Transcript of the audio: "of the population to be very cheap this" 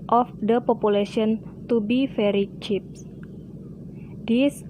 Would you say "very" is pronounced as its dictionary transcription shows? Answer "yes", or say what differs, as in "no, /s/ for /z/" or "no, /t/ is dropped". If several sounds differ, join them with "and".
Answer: no, /f/ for /v/